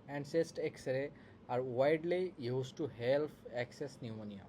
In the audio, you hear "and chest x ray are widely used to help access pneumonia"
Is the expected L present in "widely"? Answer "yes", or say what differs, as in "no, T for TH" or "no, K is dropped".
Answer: yes